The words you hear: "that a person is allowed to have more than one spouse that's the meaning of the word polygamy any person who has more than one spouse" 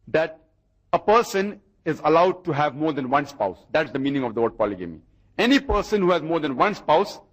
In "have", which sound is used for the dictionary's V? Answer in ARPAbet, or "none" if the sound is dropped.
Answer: V